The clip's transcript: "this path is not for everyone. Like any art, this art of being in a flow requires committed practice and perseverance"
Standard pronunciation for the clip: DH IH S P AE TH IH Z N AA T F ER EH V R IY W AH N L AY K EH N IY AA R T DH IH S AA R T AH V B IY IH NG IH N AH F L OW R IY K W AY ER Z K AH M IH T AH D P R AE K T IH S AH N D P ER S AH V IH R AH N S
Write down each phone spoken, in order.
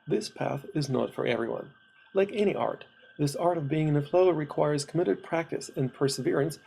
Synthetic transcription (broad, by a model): DH IH S P AE TH IH Z N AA T F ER EH V R IY W AH N L AY K EH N IY AA R T DH IH S AA R T AH V B IY IH NG IH N AH F L OW R IY K W AY ER Z K AH M IH T AH D P R AE K T IH S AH N P ER S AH V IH R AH N S